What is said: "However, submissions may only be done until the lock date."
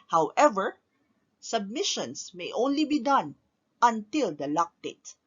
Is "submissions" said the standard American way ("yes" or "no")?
no